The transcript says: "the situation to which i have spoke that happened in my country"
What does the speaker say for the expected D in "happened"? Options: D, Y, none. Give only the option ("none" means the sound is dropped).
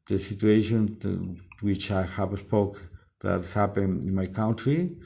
none